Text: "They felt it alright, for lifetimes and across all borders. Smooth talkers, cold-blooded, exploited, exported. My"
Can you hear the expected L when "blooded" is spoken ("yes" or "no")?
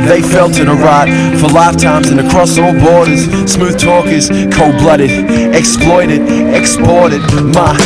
yes